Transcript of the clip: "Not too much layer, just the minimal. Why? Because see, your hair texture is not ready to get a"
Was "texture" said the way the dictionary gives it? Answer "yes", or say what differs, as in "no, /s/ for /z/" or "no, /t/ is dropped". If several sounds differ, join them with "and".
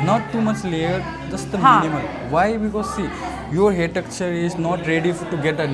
no, /s/ is dropped